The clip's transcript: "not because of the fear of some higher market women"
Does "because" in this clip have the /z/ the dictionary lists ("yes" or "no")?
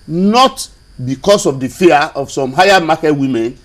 no